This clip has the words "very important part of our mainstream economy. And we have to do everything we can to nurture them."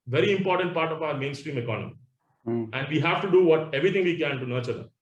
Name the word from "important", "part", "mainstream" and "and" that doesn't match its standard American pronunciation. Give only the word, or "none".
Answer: none